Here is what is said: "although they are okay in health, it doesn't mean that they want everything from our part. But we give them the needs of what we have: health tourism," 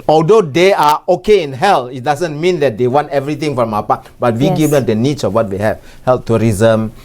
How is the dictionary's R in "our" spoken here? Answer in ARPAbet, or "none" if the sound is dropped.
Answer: W